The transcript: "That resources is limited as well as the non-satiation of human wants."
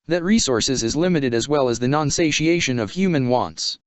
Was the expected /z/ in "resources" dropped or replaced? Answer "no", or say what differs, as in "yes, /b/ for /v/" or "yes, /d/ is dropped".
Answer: no